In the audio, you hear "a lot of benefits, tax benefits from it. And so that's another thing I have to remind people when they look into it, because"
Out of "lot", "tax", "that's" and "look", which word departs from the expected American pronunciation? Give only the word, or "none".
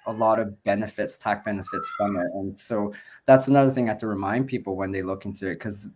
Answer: tax